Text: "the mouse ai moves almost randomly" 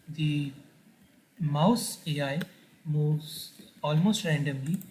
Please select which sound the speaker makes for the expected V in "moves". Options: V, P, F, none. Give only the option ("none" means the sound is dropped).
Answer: none